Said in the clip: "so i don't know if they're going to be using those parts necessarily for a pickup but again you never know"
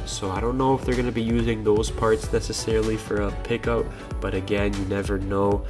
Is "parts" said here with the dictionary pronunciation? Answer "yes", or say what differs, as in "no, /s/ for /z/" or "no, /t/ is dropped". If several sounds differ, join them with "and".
yes